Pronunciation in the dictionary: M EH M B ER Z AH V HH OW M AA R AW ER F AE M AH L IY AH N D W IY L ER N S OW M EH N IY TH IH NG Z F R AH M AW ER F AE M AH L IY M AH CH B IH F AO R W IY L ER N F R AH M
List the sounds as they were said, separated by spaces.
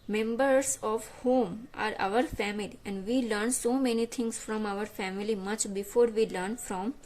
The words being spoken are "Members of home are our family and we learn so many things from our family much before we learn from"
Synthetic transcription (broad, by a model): M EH M B ER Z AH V HH OW M AA R AW ER F AE M AH L IY AH N D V IY L ER N S OW M EH N IY T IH NG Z F R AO M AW ER F AE M AH L IY M AH CH B IH F AO R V IY L ER N F R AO M